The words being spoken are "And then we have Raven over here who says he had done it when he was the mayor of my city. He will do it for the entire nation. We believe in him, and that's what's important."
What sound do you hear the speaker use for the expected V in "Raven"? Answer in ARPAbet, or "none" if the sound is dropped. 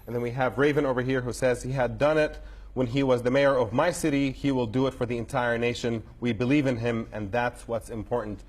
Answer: V